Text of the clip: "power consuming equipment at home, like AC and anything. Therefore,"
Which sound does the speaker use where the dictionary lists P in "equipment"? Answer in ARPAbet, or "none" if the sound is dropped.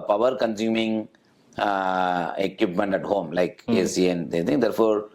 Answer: P